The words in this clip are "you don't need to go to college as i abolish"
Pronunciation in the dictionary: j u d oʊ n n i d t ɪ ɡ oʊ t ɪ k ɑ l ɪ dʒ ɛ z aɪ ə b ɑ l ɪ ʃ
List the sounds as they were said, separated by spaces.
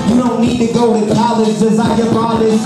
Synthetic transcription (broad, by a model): j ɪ d oʊ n n i d t ɪ ɡ oʊ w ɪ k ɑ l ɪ z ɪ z aɪ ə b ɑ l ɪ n